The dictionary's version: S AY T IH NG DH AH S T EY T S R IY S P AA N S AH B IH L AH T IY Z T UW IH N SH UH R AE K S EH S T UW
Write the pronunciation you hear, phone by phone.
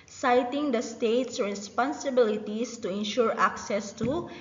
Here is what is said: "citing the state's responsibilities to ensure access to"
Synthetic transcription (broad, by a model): S AY T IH NG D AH S T EY T S R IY S P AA N S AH B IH L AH T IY S T UW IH N SH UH R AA K S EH S T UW